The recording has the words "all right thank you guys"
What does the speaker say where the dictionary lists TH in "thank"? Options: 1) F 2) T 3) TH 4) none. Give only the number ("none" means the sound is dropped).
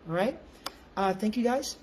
3